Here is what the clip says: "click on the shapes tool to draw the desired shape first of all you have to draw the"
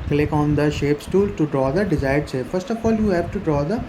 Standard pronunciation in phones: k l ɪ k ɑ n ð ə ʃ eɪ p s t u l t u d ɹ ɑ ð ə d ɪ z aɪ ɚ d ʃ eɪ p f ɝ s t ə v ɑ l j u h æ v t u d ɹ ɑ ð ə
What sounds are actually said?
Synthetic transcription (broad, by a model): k l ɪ k ɑ n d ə ʃ eɪ p s t u l t u d ɹ ɑ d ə d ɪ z aɪ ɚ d s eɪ f ɝ s t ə f ɑ l j u h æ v t u d ɹ ɑ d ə